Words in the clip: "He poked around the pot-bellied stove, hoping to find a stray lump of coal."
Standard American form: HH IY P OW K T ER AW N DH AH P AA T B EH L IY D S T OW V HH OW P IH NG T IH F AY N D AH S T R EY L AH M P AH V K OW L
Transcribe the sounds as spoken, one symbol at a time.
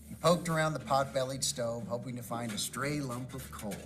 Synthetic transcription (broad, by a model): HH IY P OW K T ER AW N DH AH P AA T B EH L IY D S T OW V HH OW P IH NG T IH F AY N D AH S T R EY L AH M P AH V K OW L